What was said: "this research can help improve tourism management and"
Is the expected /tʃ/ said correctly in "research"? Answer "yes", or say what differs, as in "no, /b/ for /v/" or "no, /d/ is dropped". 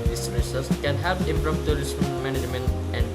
no, /s/ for /tʃ/